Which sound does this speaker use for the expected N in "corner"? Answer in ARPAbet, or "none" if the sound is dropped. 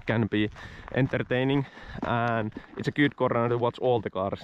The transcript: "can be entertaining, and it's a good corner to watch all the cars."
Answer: none